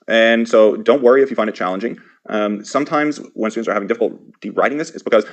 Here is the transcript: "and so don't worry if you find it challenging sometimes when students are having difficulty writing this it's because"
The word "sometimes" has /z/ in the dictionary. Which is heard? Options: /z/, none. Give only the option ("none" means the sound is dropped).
/z/